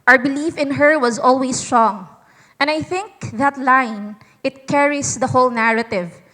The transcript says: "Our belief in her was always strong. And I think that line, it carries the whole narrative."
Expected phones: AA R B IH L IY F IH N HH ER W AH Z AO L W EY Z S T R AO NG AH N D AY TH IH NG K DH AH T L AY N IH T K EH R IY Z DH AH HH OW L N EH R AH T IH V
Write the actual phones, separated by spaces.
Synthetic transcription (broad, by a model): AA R B IH L IY F IH N HH ER W AH Z AO L W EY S T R AO NG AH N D AY TH IH NG K DH AH T L AY N IH T K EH R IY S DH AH HH OW L N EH R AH T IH V